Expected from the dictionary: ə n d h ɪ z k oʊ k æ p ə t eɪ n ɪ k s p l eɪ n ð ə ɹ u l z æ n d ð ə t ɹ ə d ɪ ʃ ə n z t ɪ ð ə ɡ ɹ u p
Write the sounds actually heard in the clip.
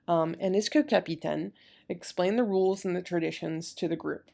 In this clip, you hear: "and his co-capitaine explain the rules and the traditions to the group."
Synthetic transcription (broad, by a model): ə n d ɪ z k oʊ k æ p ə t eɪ n ɪ k s p l eɪ n ð ə ɹ u l z n ð ə t ɹ ə d ɪ ʃ ə n z t ɪ ð ə ɡ ɹ u p